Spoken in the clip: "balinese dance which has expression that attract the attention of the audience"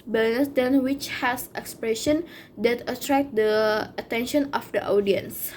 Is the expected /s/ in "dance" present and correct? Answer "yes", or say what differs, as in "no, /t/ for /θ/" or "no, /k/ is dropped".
no, /s/ is dropped